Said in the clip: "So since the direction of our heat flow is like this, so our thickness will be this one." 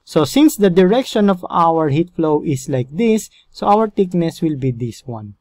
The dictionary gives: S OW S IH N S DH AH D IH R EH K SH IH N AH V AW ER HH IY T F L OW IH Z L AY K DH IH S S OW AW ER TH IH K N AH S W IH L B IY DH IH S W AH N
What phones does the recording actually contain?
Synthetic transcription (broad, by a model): S OW S IH N S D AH D IH R EH K SH IH N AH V AW ER HH IY T F L OW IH S L AY K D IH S S OW AW ER T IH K N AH S W IH L B IY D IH S W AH N